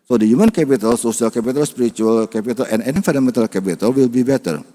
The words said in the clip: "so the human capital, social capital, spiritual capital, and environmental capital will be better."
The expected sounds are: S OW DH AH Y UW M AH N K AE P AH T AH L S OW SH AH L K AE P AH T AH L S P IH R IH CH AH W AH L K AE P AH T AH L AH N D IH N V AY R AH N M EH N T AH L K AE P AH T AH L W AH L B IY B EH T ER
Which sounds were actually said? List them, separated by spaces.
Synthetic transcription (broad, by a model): S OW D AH Y UW M AH N K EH P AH T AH L S OW S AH L K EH P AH T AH L S P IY R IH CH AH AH L K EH P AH T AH L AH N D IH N F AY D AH M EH N T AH L K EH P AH T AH L W AH L B IY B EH T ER